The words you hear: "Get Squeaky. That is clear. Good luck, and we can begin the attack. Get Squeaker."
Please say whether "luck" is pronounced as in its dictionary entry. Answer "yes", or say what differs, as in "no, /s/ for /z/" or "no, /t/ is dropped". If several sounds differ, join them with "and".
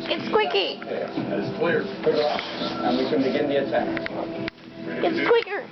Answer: no, /k/ is dropped